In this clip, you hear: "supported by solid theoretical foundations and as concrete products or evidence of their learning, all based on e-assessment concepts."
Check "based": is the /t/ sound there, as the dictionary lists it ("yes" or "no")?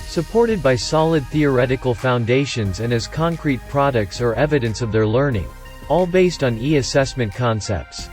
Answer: yes